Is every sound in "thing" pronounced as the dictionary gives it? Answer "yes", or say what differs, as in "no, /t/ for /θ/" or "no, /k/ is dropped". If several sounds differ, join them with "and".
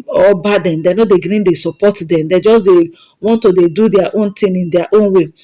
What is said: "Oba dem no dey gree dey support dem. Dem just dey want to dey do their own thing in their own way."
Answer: no, /t/ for /θ/